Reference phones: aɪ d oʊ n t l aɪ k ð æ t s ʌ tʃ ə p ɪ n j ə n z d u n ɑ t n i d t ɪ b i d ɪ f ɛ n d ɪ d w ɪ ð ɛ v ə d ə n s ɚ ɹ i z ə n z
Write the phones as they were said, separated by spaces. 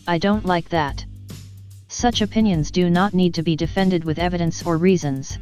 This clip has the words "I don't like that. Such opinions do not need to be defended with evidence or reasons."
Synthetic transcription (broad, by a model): aɪ d oʊ n t l aɪ k ð æ t s ʌ tʃ ə p ɪ n j ə n z d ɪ n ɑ t n i d t ɪ b i d ɪ f ɛ n d ɪ d w ɪ ð ɛ v ə d ə n s ɚ ɹ i z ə n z